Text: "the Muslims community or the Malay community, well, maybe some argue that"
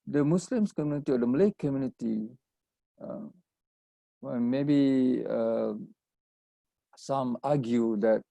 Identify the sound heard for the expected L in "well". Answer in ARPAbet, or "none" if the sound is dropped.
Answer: N